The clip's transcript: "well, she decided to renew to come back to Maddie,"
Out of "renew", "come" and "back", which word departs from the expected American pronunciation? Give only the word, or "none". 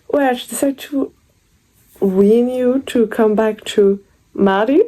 renew